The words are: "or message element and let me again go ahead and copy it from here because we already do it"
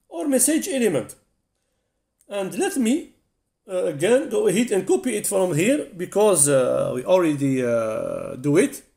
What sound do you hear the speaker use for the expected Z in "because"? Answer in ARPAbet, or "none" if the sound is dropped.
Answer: Z